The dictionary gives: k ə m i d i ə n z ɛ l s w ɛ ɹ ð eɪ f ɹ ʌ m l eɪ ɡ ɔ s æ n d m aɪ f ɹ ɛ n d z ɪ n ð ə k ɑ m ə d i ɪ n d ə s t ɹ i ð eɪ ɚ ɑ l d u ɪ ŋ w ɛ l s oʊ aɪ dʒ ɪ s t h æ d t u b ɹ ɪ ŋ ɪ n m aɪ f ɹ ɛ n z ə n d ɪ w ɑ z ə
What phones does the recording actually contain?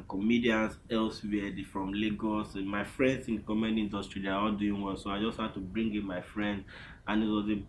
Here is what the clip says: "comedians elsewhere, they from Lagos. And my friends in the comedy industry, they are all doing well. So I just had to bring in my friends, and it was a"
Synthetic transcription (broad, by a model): k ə m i d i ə n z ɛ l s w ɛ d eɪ f ɹ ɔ m l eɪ ɡ ɔ s m aɪ f ɹ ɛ n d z ɪ n k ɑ m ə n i n d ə s t ɹ i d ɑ ɑ l d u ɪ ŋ w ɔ n s oʊ aɪ dʒ ɪ s t h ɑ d t u b ɹ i ŋ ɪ m aɪ f ɹ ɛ n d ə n ɪ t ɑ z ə